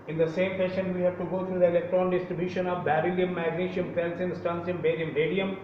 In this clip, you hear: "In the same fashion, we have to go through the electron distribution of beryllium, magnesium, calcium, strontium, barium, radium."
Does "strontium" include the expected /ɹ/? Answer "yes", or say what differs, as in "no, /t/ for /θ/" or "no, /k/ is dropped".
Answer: no, /ɹ/ is dropped